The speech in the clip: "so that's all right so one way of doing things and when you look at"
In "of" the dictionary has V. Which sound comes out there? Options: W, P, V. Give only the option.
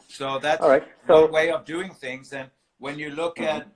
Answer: V